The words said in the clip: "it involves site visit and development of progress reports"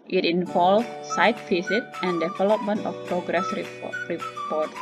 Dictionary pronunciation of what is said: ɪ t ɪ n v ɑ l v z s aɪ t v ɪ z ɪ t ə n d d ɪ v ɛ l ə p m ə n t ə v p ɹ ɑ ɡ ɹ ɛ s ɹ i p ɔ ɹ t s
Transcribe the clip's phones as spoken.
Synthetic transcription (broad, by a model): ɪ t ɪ n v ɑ l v s aɪ t f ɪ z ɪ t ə n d d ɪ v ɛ l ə p m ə n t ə f p ɹ ɑ ɡ ɹ ɛ s ɹ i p ɔ ɹ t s